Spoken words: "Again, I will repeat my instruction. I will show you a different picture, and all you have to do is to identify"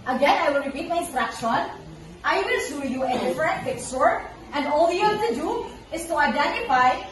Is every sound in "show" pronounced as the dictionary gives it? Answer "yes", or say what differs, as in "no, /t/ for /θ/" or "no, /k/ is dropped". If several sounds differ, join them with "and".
no, /s/ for /ʃ/